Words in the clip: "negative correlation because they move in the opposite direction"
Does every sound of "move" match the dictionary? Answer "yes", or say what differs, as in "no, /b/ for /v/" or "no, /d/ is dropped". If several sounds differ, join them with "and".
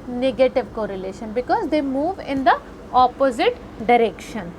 yes